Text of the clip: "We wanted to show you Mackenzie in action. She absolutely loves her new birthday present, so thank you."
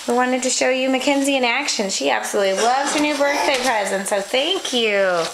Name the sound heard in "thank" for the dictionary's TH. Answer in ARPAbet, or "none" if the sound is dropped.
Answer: TH